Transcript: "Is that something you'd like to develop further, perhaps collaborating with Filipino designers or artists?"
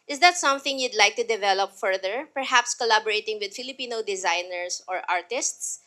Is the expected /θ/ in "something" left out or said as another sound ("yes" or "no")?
no